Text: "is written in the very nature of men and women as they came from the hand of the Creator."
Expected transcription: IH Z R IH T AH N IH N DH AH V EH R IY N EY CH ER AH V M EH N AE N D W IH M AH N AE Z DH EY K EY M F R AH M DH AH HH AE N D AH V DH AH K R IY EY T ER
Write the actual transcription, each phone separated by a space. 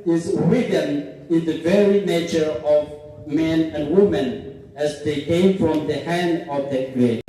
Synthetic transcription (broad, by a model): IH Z W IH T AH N IH N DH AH V EH R IY N EY CH ER AH V M EH N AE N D W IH M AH N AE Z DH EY K EY M F R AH M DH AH HH AE N D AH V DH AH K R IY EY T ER